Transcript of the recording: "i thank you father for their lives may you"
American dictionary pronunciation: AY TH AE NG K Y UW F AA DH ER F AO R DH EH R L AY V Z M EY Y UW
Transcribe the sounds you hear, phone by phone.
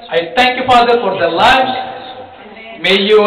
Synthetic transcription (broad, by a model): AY T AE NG K Y UW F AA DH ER F AO R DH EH L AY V M EY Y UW